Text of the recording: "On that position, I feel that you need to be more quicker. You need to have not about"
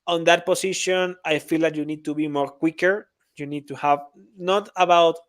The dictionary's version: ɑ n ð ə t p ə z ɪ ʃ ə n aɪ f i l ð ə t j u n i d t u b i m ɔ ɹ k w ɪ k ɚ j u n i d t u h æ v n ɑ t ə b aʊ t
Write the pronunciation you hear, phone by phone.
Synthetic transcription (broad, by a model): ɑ n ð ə t p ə s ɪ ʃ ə n aɪ f i l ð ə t j u n i d t u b i m ɔ ɹ k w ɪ k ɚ j u n i d t u h æ v n ɑ t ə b aʊ t